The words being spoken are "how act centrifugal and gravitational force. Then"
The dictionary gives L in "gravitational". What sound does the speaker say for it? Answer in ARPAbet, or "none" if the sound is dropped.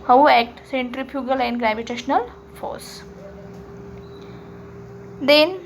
L